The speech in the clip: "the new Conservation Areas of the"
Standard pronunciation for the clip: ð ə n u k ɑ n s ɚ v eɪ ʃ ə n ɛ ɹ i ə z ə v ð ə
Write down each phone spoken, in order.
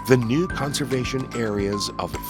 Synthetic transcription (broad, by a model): ð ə n u k ɑ n s ɚ v eɪ ʃ ə n ɛ ɹ i ə z ə v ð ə